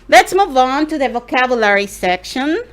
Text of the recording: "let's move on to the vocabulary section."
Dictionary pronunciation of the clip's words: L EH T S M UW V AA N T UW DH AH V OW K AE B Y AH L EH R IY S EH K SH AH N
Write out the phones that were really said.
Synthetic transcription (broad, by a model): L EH T S M UW V AA N T UW DH AH V OW K AE B Y AH L EH R IY S EH K SH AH N